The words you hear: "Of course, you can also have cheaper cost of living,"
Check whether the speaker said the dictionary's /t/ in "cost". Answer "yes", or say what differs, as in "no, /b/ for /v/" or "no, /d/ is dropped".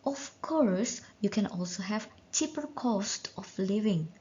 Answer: yes